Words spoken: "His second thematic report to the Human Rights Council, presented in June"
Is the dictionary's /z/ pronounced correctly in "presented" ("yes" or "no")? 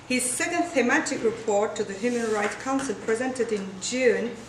yes